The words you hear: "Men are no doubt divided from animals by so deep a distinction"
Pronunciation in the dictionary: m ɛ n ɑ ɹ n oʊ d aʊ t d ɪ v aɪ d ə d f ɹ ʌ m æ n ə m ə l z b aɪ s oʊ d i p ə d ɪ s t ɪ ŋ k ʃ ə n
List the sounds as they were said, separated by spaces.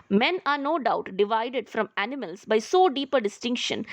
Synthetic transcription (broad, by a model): m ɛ n ɑ ɹ n oʊ d aʊ t d ɪ v aɪ d ə d f ɹ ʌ m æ n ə m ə l s b aɪ s oʊ d i p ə d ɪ s t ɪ ŋ k ʃ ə n